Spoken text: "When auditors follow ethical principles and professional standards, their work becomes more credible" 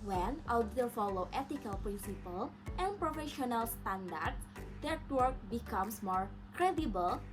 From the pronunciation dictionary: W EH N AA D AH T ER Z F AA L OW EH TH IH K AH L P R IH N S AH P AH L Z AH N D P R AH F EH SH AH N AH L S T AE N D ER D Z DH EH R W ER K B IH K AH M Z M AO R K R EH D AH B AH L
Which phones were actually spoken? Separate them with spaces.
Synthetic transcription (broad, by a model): W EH N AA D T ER F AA L OW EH T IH K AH L P R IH N S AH P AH L AH N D P R AH F EH SH AH N AH L S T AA N D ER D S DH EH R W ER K B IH K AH M S M AO R K R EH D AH B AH L